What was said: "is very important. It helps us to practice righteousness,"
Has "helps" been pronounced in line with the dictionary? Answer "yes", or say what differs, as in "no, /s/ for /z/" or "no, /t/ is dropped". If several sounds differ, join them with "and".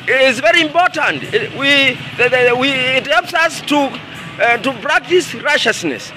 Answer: yes